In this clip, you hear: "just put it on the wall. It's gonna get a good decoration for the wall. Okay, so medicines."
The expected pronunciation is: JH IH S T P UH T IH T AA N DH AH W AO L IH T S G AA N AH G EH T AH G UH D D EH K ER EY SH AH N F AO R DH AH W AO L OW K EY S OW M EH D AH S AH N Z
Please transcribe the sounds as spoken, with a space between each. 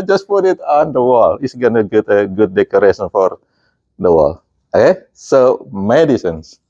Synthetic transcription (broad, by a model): JH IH S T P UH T IH T AA N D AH W AO L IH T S G AA N AH G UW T AH G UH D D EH K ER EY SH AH N F AO R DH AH W AO L OW K EY S OW M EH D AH S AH N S